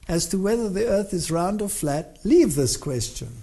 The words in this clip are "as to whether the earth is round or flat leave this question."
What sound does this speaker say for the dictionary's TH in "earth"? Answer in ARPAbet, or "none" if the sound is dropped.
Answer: TH